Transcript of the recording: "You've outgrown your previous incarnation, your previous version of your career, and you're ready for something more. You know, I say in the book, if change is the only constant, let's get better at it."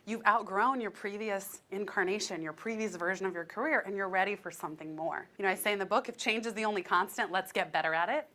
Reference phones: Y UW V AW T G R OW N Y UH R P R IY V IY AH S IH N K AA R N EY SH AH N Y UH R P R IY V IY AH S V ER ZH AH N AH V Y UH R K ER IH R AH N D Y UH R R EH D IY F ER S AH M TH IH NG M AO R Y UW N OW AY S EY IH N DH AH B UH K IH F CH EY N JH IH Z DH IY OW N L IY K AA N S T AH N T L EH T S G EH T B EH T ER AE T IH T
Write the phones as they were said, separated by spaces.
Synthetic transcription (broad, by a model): Y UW V AW T G R OW N Y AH R P R IY V IY AH S IH N K AA R N EY SH AH N Y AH R P R IY V IY AH S V ER ZH AH N AH V Y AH R K ER IH R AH N Y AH R R EH D IY F ER S AH M TH IH NG M AO R Y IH N OW AY S EY IH N DH AH B UH K IH F CH EY N JH IH Z DH IY OW N L IY K AA N S T AH N T L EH T S G EH T B EH T ER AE T IH T